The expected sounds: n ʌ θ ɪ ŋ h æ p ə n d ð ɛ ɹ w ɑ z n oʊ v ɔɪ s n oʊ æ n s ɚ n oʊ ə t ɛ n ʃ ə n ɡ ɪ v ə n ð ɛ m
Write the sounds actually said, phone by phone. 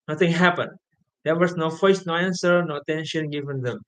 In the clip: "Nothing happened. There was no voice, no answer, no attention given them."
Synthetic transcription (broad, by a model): n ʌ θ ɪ ŋ h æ p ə n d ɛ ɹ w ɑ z n oʊ f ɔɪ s n oʊ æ n s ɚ n oʊ ə t ɛ n ʃ ə n ɡ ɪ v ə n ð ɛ m